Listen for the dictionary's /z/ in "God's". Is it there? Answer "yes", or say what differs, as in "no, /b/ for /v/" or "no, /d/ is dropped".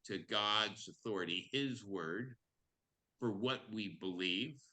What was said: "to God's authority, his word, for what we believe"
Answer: yes